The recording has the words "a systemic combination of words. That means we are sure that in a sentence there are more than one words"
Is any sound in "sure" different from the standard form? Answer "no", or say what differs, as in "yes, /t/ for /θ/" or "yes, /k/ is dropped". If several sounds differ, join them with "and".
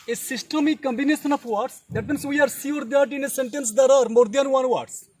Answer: yes, /s/ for /ʃ/